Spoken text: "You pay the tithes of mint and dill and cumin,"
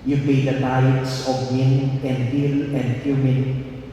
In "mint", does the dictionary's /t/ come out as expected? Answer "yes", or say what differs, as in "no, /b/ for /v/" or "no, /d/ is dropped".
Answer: no, /t/ is dropped